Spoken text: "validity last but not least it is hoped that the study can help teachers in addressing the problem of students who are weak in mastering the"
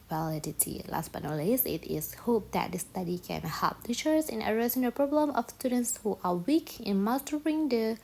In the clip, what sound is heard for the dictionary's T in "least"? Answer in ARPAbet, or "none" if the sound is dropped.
none